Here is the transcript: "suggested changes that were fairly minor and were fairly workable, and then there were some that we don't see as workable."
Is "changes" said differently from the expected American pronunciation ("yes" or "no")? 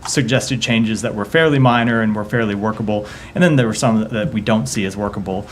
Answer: no